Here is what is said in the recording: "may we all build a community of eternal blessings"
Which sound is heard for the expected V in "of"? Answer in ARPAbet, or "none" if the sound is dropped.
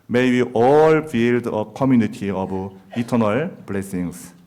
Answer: B